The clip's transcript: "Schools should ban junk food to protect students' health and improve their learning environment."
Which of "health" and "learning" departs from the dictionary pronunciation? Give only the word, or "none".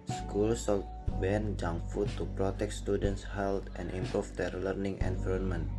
health